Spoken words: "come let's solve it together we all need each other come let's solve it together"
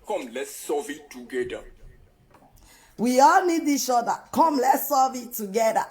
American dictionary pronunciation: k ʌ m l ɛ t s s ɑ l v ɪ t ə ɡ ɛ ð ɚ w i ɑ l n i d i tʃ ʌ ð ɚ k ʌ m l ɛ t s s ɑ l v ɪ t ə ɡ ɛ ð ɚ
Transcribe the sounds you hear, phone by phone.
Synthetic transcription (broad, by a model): k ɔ m l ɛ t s s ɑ v ɪ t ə ɡ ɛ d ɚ w i ɑ l n i d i s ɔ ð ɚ k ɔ m l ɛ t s s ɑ v ɪ t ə ɡ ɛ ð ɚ